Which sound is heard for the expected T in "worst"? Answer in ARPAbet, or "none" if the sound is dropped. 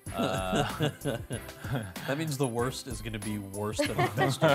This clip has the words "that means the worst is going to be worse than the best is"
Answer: T